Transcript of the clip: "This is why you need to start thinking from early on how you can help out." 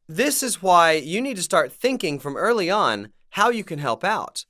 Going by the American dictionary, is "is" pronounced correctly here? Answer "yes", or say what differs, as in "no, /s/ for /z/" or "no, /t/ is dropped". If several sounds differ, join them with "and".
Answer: yes